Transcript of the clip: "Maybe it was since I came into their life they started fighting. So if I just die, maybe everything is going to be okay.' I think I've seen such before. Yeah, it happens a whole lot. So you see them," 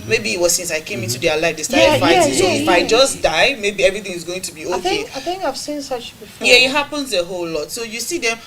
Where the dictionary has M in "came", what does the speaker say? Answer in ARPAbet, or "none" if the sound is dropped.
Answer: M